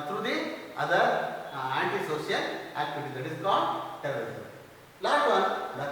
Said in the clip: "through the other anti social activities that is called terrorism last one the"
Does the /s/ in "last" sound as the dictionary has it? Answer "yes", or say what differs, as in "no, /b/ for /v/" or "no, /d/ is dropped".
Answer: no, /s/ is dropped